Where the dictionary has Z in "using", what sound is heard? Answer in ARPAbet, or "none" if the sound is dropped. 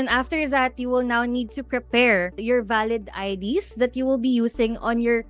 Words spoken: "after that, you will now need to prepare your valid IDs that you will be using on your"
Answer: S